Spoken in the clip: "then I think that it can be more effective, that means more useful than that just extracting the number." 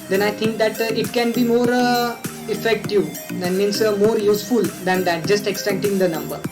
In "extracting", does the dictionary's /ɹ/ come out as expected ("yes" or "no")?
no